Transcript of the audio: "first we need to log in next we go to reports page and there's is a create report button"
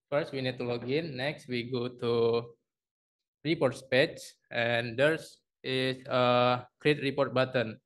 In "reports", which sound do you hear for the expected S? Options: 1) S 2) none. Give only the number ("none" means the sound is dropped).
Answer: 1